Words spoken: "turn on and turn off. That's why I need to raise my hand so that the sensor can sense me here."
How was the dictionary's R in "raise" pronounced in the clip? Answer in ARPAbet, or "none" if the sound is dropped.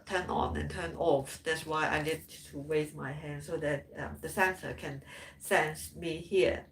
W